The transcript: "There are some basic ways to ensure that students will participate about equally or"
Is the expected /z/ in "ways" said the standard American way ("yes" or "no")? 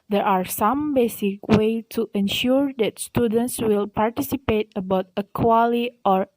no